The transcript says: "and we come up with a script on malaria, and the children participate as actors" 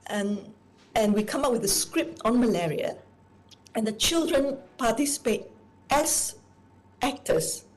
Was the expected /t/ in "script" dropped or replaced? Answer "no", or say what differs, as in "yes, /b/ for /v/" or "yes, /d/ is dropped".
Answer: no